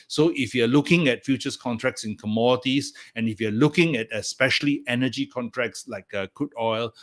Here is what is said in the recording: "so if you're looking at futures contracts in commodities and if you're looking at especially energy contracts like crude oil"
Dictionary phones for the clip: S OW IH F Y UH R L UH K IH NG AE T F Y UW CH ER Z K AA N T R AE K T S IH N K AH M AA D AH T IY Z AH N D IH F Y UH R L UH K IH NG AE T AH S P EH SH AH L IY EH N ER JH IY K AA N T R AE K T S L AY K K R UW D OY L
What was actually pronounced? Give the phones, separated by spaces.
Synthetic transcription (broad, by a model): S OW IH F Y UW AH L UH K IH NG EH T F Y UW CH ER S K AA N T R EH K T S IH N K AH M AA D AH T IY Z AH N IH F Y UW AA L UH K IH NG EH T AH S P EH SH AH L IY EH N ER JH IY K AA N T R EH K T S L AY K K UW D OY L